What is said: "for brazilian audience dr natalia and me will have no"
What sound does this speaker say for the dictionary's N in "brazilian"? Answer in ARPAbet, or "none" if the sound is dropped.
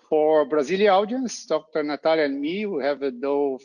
none